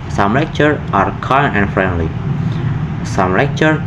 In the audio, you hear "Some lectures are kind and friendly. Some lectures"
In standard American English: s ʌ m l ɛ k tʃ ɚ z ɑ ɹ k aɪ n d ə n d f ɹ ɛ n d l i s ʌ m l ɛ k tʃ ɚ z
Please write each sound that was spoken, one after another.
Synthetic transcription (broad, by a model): s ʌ m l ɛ k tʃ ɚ ɑ ɹ k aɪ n ə n f ɹ ɛ n d l i s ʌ m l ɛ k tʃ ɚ